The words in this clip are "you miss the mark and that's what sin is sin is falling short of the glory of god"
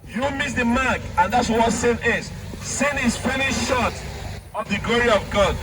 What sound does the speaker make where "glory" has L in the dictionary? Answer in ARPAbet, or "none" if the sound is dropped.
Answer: L